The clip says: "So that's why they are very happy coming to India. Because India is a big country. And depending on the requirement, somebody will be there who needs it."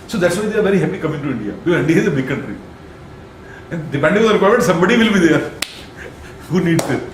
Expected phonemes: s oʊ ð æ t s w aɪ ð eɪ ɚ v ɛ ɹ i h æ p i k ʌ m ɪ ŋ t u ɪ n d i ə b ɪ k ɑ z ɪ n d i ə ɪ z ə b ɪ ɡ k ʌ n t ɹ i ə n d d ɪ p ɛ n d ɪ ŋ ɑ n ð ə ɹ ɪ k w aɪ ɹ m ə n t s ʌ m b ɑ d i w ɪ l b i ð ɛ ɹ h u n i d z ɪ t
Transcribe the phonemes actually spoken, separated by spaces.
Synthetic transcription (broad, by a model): s oʊ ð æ t s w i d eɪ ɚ v ɛ ɹ i h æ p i k ʌ m ɪ ŋ t u ɪ n d i ə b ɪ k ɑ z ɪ n d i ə ɪ z ə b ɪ k ʌ n t ɹ i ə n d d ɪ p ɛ n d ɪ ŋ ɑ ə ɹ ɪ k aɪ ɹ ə t s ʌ m b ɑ d i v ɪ l b i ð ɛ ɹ h u n i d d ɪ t